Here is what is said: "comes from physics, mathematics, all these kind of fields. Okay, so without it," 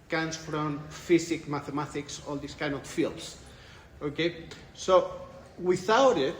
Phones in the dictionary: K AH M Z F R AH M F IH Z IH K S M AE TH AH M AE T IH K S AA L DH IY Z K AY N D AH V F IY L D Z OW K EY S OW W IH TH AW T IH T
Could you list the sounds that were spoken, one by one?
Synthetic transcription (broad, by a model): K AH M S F R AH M F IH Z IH K M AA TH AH M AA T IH K S AA L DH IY S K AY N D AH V F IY L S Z OW K EY S OW W IH TH AW T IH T